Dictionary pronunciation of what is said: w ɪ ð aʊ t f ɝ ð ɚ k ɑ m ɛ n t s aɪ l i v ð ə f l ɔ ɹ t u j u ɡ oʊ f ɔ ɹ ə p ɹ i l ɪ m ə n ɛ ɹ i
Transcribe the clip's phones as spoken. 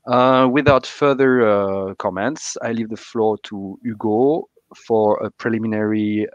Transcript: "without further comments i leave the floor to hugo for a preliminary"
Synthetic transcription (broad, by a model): w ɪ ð aʊ t f ɝ ð ɚ k ɑ m ɛ n t s aɪ l i v ð ə f l ɔ ɹ t u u ɡ oʊ f ɔ ɹ ə p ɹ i l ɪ m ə n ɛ ɹ i